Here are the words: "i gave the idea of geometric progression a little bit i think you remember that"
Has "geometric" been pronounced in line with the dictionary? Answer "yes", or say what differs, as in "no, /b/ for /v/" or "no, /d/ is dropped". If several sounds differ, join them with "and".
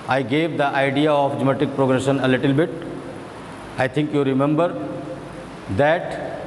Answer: no, /ɹ/ is dropped